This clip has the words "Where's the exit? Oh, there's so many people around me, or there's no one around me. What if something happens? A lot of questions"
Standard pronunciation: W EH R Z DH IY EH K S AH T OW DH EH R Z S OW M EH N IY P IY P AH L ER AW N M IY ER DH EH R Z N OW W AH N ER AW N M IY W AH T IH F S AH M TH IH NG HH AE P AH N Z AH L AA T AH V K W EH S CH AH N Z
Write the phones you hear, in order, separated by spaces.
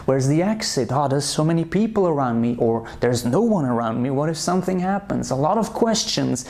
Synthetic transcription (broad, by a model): W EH R Z DH IY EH K S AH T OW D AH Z S OW M EH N IY P IY P L ER AW N M IY ER DH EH R Z N OW W AH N ER AW N M IY W AH T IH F S AH M TH IH NG HH AE P AH N Z AH L AA T AH V K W EH S CH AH N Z